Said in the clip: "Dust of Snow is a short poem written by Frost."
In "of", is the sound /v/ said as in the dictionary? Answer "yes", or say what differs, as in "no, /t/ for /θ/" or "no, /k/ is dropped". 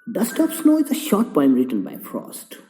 no, /p/ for /v/